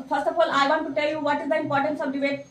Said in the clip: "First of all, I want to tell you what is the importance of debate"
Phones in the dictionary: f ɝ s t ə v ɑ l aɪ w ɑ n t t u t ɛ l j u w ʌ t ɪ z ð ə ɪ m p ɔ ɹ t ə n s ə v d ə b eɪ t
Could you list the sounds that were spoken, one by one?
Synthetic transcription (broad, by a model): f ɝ s t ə f ɑ l aɪ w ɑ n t t u t ɛ l j u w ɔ t ɪ z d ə ɪ m p ɔ ɹ t ə n s ə v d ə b eɪ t